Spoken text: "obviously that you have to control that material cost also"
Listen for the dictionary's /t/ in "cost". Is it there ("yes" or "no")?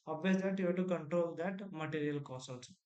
no